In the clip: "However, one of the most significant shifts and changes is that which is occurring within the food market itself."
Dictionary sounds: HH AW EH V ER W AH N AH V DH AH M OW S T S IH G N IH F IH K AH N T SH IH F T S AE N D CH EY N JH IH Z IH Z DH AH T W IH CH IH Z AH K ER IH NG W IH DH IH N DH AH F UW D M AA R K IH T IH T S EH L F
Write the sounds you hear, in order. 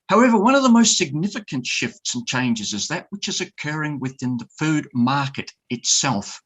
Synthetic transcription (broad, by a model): HH AW EH V ER W AH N AH V DH AH M OW S T S IH G N IH F IH K AH N T SH IH F T S N CH EY N JH IH Z IH Z DH AH T W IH CH IH Z AH K ER IH NG W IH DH IH N DH AH F UW D M AA R K IH T IH T S EH L F